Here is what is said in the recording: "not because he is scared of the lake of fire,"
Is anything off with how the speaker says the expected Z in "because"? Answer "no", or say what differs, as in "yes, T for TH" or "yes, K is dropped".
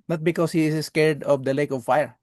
yes, S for Z